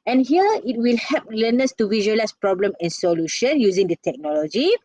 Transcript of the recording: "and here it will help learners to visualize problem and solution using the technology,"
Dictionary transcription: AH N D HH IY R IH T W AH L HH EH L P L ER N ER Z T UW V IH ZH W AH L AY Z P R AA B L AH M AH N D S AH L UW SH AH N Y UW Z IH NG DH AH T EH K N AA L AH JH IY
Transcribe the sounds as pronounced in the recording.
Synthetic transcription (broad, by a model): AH N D HH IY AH IH T W AH L HH EH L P L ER N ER S T UW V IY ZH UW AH L AY S P R AA B L AH M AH N S AH L UW SH AH N Y UW Z IH NG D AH T EH K N AA L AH JH IY